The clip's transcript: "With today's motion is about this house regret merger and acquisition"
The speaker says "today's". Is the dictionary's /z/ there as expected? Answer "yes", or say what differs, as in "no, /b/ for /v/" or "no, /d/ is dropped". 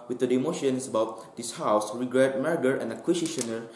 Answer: no, /z/ is dropped